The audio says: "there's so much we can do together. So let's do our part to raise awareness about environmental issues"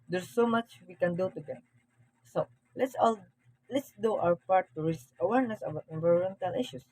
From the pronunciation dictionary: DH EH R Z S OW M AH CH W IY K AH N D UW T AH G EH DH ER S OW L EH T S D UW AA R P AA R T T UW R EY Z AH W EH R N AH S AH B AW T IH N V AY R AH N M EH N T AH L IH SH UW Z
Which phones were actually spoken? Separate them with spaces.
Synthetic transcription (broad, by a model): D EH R S OW M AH CH W IY K AH N D UW T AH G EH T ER S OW L EH T S D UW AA W P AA R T T UW R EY S AH W EH R N AH S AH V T IH N V AY R AH N M EH N T AH L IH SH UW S